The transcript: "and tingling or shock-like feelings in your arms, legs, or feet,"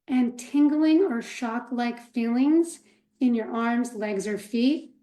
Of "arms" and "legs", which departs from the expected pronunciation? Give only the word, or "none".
none